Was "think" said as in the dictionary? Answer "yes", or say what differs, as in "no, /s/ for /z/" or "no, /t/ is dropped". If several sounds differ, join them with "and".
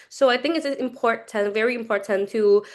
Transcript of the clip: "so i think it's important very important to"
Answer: yes